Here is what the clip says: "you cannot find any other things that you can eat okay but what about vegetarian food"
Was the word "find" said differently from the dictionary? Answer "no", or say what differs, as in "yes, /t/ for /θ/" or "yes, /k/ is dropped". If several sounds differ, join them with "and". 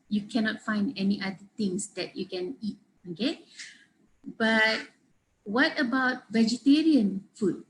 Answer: no